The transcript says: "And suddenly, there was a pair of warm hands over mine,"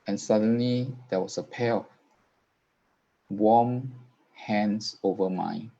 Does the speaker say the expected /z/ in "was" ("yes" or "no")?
no